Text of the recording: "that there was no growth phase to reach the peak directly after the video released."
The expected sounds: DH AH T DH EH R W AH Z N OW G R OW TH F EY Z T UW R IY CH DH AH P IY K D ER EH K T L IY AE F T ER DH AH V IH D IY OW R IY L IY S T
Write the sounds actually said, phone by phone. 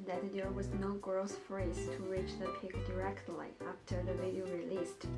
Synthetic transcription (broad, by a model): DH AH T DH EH R W AH Z N OW G R OW S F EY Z T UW R IY CH DH AH P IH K D ER EH K T L IY AE F T ER DH AH V IH D IY OW R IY L IY S T